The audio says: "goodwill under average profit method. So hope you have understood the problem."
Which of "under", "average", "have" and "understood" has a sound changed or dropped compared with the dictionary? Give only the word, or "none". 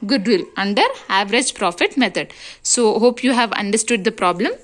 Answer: none